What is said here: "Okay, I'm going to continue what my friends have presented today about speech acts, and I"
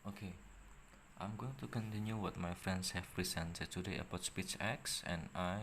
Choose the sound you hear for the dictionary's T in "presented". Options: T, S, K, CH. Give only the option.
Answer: S